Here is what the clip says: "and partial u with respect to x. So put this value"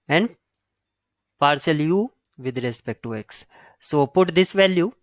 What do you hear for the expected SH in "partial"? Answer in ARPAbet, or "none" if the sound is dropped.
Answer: S